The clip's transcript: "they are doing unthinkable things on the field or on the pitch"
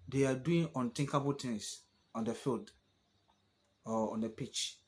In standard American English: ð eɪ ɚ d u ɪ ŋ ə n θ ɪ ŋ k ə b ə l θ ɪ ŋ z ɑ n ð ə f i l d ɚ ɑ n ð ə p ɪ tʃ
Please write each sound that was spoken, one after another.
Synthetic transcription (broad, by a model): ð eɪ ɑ d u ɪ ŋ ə n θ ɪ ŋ k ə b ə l t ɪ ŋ s ɑ n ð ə f i l d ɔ ɑ n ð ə p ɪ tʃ